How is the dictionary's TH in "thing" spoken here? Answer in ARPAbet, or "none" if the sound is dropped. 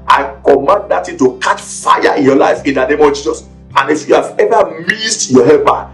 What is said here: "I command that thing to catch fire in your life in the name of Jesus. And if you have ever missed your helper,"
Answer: T